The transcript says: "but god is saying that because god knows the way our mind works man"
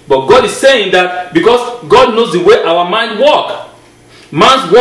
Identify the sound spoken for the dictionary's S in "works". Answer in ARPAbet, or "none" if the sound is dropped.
none